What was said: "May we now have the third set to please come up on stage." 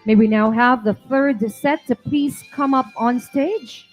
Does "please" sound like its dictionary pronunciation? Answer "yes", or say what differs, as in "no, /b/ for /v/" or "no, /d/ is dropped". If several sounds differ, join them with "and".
no, /l/ is dropped and /s/ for /z/